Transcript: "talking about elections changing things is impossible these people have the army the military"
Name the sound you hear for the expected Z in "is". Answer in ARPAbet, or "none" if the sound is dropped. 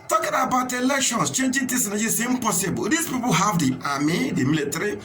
S